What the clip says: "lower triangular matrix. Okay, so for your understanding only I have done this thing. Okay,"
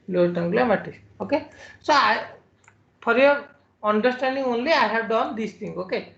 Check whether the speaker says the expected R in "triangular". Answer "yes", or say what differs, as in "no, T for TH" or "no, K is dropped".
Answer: no, R is dropped